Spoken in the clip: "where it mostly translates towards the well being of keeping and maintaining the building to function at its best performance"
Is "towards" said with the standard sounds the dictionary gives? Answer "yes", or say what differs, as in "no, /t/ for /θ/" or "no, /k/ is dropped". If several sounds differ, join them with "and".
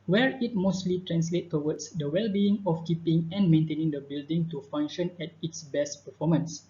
no, /w/ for /ɹ/